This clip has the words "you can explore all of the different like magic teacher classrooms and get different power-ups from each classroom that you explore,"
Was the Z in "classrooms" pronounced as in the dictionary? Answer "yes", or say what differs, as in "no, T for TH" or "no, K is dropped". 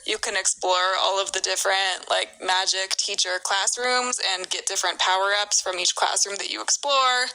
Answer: yes